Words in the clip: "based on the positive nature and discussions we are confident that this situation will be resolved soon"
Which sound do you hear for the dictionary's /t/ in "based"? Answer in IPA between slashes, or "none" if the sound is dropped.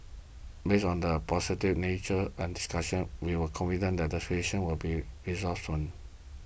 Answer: none